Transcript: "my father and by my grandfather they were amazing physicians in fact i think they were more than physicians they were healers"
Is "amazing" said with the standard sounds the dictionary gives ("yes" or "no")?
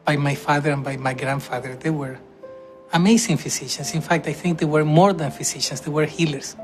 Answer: no